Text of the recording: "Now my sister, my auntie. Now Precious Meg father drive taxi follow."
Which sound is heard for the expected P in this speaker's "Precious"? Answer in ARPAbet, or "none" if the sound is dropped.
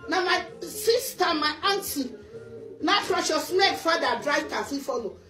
F